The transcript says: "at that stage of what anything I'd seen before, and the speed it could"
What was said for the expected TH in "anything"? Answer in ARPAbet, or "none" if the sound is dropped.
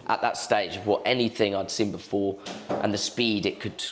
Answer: TH